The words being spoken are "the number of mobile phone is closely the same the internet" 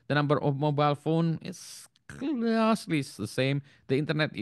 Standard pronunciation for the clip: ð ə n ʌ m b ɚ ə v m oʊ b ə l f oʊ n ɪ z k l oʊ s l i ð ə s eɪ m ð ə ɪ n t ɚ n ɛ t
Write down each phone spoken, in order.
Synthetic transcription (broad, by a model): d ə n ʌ m b ɚ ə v m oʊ b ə l f oʊ n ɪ s k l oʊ s l i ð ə s eɪ m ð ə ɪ n t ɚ n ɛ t